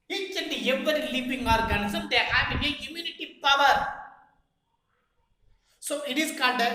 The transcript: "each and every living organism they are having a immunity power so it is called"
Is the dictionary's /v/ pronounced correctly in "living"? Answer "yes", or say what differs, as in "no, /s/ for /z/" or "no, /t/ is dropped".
no, /p/ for /v/